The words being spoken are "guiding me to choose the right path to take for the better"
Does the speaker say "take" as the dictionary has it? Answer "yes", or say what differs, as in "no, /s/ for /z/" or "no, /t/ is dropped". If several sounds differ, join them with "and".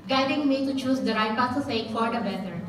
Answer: no, /s/ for /t/